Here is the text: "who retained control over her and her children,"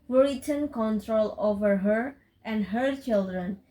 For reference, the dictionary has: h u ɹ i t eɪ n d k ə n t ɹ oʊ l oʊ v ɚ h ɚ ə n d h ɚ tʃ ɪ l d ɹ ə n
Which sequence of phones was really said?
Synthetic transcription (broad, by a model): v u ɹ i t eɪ n k ə n t ɹ oʊ l oʊ v ɚ h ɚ ə n d h ɚ tʃ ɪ l d ɹ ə n